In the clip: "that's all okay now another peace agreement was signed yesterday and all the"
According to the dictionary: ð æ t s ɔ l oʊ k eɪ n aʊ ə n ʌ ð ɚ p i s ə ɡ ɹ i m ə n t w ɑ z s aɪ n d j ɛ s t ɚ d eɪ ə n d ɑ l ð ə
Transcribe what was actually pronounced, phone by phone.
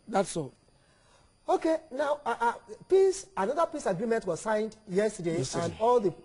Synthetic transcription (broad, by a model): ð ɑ t s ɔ oʊ k eɪ n aʊ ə n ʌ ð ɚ p i s ə ɡ ɹ i m ə n t w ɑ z s aɪ n d j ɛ s t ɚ d eɪ ə n d ɑ l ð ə